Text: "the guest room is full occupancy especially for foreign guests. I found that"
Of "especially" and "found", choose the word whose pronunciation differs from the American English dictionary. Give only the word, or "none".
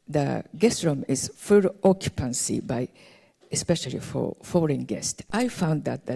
none